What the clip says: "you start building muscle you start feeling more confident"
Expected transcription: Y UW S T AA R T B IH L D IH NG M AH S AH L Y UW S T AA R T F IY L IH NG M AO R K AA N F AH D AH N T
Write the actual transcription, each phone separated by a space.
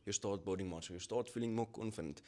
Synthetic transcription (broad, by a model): Y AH S T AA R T B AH W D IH NG M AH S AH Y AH S T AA T F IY L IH NG M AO K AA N F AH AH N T